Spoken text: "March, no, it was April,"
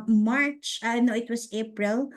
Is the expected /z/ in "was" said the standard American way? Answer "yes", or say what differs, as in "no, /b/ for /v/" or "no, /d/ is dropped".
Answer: no, /s/ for /z/